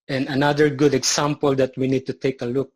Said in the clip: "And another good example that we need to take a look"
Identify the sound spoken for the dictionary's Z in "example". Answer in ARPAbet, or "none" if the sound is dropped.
S